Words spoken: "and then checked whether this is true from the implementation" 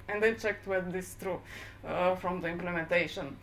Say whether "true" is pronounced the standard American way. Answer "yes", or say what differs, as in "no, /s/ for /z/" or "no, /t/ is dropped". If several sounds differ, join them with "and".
yes